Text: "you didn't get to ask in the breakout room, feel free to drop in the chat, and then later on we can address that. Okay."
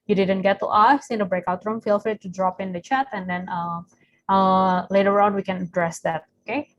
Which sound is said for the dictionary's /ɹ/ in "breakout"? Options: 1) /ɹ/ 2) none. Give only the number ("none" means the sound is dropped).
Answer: 1